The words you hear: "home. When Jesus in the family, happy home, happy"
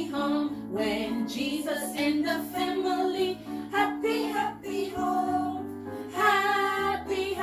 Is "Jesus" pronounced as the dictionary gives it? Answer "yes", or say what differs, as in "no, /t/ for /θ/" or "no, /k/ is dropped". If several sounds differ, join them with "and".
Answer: yes